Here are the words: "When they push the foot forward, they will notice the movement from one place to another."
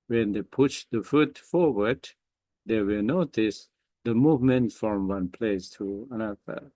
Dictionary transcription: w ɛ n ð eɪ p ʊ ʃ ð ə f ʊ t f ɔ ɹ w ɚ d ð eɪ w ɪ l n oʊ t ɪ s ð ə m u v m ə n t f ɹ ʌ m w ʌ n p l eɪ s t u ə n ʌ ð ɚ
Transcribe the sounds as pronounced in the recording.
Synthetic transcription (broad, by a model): w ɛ n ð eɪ p ʊ ʃ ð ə f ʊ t f ɔ ɹ w ɚ d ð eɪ w ɪ l n oʊ t ɪ s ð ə m u v m ə n t f ɹ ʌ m w ʌ n p l eɪ s t u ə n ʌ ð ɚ